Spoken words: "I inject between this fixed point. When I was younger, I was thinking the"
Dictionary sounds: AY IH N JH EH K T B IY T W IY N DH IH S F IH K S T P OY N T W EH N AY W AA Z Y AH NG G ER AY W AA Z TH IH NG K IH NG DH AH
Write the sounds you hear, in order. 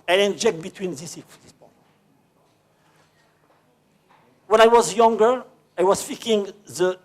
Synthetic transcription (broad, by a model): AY IH N JH EH K T B IY T W IY N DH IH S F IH S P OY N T W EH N AY W AA Z Y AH NG G ER AY W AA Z F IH K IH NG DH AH